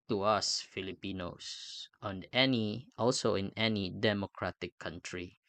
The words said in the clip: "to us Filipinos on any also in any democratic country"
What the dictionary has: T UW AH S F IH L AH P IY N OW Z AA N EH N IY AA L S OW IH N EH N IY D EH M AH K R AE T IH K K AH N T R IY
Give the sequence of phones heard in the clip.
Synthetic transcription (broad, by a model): T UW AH S F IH L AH P IY N OW S AA N EH N IY AA L S OW IH N EH N IY D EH M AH K R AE T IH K K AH N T R IY